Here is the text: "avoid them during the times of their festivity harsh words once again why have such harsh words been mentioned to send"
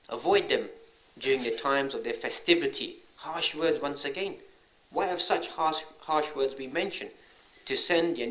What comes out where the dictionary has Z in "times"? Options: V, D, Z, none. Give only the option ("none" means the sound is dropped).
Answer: Z